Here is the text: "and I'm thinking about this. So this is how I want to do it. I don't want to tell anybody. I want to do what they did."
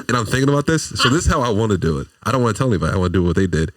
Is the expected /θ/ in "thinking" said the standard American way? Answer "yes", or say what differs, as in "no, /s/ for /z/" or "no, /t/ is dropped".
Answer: yes